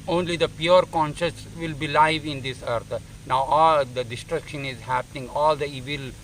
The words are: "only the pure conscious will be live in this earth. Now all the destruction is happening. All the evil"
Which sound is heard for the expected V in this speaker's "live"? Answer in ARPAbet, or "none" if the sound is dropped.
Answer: V